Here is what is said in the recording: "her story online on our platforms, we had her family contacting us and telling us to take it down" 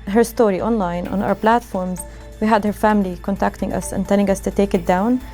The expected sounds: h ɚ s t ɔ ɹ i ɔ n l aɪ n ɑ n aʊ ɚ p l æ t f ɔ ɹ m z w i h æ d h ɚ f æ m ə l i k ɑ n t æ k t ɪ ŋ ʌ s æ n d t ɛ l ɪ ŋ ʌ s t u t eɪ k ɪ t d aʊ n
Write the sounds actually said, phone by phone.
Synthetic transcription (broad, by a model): h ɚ s t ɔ ɹ i ɔ n l aɪ n ɑ n aʊ ɚ p l æ t f ɔ ɹ m z w i h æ d h ɚ f æ m ə l i k ɑ n t æ k t ɪ ŋ ʌ s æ n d t ɛ l ɪ ŋ ʌ s t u t eɪ k ɪ t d aʊ n